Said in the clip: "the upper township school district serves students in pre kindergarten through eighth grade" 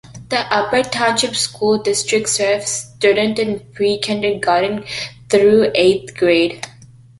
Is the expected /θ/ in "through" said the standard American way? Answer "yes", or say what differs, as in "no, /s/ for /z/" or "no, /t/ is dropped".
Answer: no, /t/ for /θ/